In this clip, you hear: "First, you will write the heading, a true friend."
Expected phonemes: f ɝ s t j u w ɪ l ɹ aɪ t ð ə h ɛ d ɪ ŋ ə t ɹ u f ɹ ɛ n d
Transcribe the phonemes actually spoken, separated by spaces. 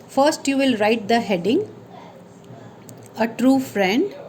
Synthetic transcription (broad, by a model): f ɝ s t j u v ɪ l ɹ aɪ t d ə h ɛ d ɪ ŋ ə t ɹ u f ɹ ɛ n d